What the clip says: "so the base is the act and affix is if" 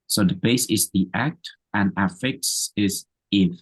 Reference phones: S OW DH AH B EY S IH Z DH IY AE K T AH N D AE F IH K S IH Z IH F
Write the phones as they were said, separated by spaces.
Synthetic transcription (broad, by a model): S OW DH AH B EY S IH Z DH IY AE K T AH N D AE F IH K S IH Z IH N